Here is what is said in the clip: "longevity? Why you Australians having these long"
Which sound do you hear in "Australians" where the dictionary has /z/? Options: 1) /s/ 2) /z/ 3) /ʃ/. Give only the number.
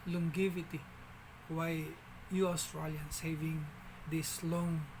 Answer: 1